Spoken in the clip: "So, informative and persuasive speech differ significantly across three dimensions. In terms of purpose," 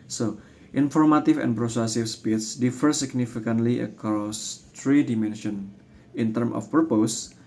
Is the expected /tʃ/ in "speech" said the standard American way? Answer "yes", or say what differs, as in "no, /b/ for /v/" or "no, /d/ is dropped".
no, /s/ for /tʃ/